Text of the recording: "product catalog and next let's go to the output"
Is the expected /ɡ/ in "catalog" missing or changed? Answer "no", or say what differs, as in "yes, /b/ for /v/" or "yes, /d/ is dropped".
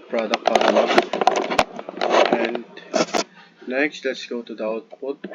yes, /ɡ/ is dropped